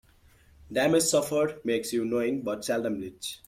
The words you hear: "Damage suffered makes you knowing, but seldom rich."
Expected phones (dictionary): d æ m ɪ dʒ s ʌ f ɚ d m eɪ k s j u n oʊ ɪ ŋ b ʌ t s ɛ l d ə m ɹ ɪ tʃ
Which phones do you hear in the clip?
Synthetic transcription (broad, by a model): d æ m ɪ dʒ s ʌ f ɚ d m eɪ k s j u n oʊ ɪ ŋ b ʌ t s ɛ l d ə m l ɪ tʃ